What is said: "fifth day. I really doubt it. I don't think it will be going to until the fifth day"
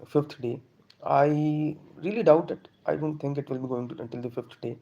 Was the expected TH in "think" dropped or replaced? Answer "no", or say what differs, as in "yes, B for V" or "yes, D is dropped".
yes, T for TH